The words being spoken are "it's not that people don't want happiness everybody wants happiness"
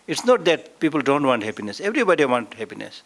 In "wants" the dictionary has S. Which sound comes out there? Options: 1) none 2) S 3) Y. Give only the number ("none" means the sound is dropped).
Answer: 1